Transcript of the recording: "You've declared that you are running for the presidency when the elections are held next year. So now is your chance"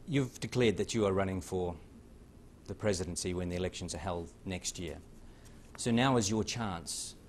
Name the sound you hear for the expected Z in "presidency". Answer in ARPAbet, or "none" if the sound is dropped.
Z